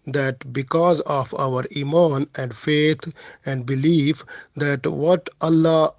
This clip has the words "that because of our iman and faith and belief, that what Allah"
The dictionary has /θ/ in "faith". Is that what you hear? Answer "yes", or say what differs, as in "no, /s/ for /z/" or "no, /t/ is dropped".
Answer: no, /t/ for /θ/